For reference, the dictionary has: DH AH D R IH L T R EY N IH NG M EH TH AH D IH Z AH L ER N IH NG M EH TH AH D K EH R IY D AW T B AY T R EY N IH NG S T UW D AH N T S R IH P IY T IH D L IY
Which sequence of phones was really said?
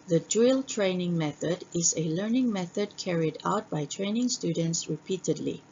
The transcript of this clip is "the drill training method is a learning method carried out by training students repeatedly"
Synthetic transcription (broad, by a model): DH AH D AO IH L T R EY N IH NG M EH TH AH D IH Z AH L ER N IH NG M EH TH AH D K EH R IY D AW T B AY T R EY N IH NG S T UW D AH N T S R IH P IY T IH D L IY